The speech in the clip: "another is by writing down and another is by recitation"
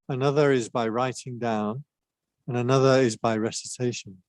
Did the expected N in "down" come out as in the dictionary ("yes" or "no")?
yes